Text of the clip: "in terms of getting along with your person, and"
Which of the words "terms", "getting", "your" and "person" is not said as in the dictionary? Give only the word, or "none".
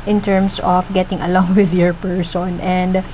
terms